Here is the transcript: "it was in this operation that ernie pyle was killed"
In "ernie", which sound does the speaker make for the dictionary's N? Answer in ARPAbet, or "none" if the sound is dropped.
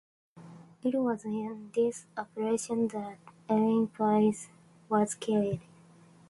L